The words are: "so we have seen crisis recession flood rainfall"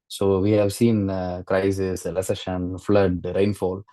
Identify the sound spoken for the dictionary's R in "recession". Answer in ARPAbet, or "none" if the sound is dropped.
L